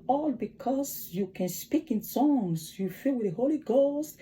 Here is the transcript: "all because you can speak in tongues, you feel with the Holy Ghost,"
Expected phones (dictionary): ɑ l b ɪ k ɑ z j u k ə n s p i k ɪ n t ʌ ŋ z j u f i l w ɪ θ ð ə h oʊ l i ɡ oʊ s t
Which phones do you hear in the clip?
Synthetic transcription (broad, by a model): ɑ l b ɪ k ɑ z j u k ə n s p i k ɪ n s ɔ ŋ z j u f i l w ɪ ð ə h oʊ l i ɡ oʊ s t